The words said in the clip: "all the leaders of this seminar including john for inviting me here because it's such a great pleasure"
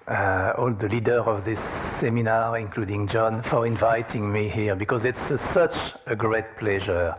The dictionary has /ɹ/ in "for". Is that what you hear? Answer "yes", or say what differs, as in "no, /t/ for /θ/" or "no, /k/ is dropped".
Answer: yes